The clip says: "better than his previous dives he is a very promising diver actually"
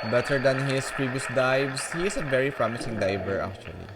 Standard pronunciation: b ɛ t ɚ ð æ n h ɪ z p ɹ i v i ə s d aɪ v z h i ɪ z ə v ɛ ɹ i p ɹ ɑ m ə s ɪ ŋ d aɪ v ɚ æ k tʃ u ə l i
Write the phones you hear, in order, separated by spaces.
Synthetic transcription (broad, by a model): b ɛ t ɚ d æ n h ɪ s p ɹ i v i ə s d aɪ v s h i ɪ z ə v ɛ ɹ i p ɹ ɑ m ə s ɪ ŋ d aɪ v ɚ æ k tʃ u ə l i